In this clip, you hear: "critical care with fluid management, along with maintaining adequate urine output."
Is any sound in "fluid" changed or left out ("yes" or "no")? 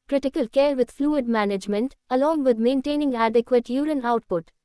no